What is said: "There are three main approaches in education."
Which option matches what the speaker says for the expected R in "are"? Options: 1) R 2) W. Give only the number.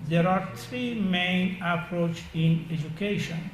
1